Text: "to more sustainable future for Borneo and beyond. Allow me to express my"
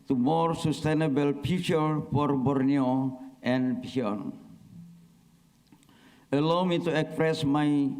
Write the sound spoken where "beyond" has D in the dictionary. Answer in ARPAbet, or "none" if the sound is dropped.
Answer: none